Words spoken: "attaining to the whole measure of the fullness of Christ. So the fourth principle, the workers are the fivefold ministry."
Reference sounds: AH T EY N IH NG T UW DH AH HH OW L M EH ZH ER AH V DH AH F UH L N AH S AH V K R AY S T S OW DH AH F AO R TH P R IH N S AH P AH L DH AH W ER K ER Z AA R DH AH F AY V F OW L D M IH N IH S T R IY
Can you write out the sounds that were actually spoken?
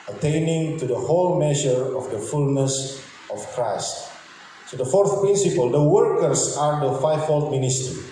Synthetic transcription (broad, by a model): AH T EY N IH NG T UW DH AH HH OW L M EH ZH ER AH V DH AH F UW L N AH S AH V K R AY S T S OW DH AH F AO R TH P R IH N S AH P AH L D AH W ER K ER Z AA R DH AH F AY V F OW L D M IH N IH S T R IY